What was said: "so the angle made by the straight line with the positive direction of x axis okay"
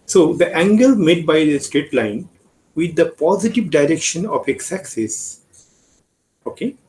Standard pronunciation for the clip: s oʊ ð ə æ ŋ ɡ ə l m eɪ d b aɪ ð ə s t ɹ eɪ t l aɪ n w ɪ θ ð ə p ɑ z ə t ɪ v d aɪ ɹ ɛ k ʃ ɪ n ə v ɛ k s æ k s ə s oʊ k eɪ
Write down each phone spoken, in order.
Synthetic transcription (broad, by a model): s oʊ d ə æ ŋ ɡ ə l m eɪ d b aɪ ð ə s t ɹ eɪ t l aɪ n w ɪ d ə p ɑ z ə t ɪ v d aɪ ɹ ɛ k ʃ ɪ n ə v ɛ k s æ k s ə s oʊ k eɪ